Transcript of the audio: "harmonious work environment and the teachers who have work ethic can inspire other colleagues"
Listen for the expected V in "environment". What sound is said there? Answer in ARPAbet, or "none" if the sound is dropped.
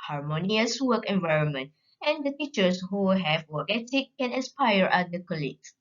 V